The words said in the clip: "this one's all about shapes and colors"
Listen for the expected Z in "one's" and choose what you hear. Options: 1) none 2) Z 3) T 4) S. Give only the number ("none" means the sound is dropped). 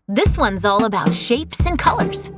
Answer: 2